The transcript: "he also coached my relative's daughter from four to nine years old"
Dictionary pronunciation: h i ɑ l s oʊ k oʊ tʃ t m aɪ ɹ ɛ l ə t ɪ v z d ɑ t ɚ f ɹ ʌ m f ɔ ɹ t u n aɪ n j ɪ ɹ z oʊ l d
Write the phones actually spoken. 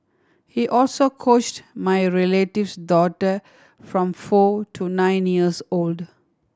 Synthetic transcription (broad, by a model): h i ɑ l s oʊ k oʊ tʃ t m aɪ ɹ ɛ l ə t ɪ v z d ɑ t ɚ f ɹ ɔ m f ɔ t u n aɪ n j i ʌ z oʊ l d